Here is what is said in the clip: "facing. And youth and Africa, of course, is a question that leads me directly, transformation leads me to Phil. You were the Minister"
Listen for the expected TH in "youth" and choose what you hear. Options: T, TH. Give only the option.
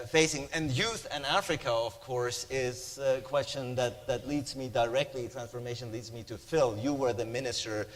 TH